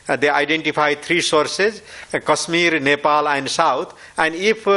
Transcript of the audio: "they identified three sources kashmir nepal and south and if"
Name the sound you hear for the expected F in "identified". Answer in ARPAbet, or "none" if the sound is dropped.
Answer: P